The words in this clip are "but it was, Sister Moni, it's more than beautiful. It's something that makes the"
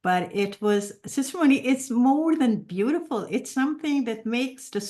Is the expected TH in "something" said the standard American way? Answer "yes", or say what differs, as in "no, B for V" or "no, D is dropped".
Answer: yes